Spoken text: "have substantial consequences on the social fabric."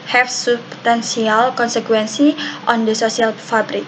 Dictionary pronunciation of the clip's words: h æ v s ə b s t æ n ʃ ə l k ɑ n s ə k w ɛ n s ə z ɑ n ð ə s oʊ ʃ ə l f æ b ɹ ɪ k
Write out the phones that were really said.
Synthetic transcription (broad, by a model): h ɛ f s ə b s t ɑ n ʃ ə l k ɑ n s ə k w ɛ n s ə ɑ n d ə s oʊ s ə l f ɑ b ɹ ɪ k